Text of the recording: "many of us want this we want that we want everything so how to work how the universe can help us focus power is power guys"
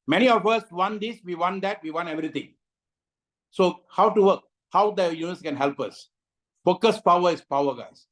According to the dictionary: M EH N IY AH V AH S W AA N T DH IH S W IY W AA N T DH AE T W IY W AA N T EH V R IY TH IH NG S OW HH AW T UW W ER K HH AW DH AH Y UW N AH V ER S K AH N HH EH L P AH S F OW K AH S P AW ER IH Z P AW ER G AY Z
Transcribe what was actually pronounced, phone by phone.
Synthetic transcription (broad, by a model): M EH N IY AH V AH S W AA N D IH S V IY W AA N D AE T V IY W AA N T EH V R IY T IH NG S OW HH AW T UW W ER K HH AW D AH Y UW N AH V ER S K AH N HH EH L P AH S F OW K AH S P AW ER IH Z P AW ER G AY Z